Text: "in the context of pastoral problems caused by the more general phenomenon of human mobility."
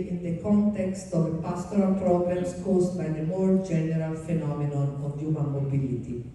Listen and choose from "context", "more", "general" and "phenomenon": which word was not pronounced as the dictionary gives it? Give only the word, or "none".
none